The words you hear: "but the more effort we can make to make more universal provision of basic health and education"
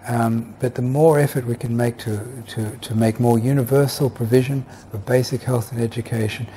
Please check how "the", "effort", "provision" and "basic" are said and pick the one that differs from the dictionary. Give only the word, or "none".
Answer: none